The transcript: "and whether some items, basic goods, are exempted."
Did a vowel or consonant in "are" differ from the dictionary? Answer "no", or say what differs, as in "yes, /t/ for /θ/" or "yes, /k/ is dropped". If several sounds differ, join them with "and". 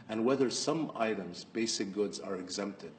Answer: no